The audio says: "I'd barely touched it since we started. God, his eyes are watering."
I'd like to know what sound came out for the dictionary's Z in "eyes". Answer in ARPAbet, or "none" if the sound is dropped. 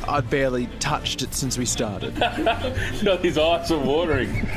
S